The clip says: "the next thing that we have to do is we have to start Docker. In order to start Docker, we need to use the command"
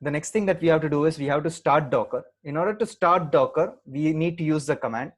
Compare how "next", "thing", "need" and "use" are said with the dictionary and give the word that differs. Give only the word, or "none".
thing